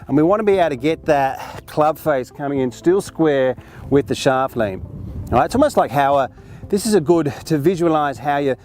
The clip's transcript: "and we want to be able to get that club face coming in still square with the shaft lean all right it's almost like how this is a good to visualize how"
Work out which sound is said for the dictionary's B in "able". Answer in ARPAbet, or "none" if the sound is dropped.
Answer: none